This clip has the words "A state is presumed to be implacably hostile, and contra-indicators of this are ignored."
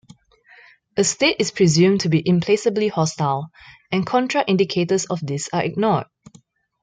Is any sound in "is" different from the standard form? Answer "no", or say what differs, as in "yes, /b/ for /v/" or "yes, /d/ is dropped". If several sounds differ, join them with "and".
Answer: yes, /s/ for /z/